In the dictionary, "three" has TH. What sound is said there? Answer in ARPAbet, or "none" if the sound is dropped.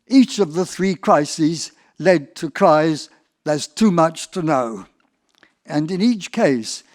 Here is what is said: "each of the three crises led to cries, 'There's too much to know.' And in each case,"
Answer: TH